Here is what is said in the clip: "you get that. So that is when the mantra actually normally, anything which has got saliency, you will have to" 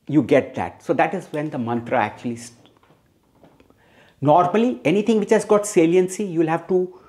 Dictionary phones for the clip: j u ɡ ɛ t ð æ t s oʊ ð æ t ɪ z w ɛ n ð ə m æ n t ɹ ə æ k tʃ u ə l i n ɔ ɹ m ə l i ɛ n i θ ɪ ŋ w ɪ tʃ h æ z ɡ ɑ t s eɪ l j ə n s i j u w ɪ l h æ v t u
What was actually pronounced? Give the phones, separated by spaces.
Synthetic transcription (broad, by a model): j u ɡ ɛ t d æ t s oʊ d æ t ɪ z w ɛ n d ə m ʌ n t ɹ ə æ k tʃ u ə l i n ɔ ɹ m ə l i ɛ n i t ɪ ŋ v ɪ tʃ h æ z ɡ ɑ t s eɪ l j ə n s i j u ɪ l h æ v t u